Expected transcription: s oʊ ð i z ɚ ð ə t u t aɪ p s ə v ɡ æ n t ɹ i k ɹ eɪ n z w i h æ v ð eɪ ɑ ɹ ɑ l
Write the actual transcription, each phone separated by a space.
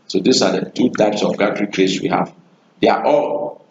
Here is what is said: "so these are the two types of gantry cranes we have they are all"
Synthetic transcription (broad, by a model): s oʊ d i s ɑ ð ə t u t aɪ p s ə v ɡ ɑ t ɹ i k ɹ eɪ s w i h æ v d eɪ ɑ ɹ ɑ l